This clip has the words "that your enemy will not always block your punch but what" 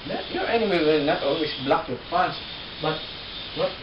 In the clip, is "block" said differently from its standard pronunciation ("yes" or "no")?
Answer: no